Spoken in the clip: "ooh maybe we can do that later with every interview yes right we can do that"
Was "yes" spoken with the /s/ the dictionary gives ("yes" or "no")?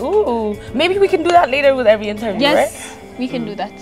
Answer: no